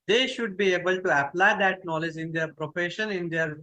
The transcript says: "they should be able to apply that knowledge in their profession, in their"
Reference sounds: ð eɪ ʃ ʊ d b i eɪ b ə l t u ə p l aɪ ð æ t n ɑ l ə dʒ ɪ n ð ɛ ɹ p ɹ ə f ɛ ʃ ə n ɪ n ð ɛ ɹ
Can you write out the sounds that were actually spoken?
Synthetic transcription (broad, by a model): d eɪ ʃ ʊ d b i eɪ b ə l t u ə p l aɪ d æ t n ɑ l ə dʒ ɪ n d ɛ ɹ p ɹ ə f ɛ ʃ ə n ɪ n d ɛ ɹ